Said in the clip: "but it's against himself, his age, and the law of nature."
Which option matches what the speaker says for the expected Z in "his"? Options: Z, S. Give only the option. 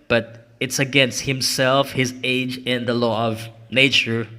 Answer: Z